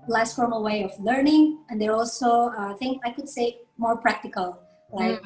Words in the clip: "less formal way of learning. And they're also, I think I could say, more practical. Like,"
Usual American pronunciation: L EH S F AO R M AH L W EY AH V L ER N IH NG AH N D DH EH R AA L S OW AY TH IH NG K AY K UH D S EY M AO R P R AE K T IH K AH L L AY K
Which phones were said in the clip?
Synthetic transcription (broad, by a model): L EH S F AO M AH W EY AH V L ER N IH NG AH N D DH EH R AA L S OW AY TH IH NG AY K UH D S EY M AO R P R AE K T IH K AH L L AY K